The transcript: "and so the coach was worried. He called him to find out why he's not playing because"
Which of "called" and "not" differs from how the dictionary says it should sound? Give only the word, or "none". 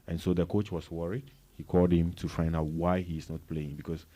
none